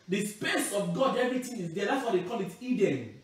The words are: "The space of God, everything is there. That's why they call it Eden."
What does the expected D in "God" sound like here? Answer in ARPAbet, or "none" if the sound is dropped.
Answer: D